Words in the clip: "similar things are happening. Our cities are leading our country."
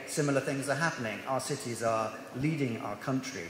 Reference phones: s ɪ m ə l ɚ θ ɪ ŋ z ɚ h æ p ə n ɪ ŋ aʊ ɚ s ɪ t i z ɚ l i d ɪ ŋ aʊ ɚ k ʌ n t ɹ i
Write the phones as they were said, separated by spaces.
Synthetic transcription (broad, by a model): s ɪ m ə l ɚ θ ɪ ŋ z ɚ h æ p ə n ɪ ŋ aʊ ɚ s ɪ t i z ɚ l i d ɪ ŋ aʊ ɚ k ʌ n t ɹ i